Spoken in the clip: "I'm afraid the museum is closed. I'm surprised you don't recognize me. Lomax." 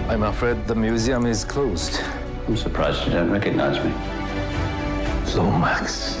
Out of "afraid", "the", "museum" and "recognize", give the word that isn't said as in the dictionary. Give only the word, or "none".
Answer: none